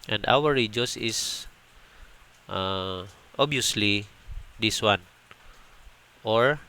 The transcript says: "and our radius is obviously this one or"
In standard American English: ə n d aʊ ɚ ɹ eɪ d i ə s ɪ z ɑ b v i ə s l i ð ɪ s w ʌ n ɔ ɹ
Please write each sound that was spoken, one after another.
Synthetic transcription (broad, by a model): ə n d aʊ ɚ ɹ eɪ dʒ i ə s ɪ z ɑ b i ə s l i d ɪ s w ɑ n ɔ ɹ